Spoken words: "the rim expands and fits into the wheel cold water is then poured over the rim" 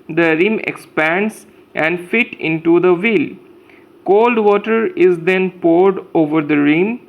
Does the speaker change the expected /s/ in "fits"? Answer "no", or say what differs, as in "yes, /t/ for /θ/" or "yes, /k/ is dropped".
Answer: yes, /s/ is dropped